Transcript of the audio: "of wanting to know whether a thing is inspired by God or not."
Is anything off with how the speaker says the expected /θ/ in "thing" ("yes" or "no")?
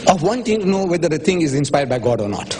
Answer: yes